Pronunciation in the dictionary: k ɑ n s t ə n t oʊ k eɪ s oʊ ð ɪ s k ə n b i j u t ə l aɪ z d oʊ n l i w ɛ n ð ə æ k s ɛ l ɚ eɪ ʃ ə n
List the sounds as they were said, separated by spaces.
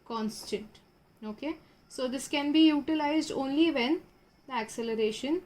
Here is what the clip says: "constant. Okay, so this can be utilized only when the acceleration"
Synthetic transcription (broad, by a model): k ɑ n s t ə n t oʊ k eɪ s oʊ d ɪ s k ə n b i j u t ə l aɪ z d oʊ n l i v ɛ n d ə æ k s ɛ l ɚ eɪ ʃ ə n